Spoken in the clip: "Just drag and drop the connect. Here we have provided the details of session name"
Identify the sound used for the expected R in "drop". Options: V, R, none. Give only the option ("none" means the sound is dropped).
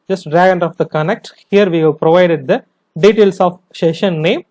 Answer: none